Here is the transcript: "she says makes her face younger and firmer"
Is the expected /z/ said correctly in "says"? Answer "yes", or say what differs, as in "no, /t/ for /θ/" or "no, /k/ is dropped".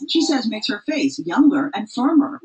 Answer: yes